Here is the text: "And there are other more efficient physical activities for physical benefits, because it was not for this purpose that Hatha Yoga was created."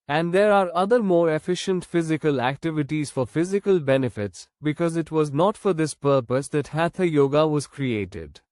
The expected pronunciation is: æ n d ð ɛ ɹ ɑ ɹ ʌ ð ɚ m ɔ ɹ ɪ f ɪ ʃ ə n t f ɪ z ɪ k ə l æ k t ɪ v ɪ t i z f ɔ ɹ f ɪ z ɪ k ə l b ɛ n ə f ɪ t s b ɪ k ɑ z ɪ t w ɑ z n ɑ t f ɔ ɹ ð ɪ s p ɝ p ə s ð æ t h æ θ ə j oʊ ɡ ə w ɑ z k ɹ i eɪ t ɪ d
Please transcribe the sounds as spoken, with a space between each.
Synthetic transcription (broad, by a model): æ n d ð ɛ ɹ ɑ ɹ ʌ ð ɚ m ɔ ɹ ɪ f ɪ ʃ ə n t f ɪ z ɪ k ə l æ k t ɪ v ɪ t i z f ɔ ɹ f ɪ z ɪ k ə l b ɛ n ə f ɪ t s b ɪ k ɑ z ɪ t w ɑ z n ɑ t f ɔ ɹ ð ɪ s p ɝ p ə s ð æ t h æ t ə j oʊ ɡ ə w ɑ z k ɹ i eɪ t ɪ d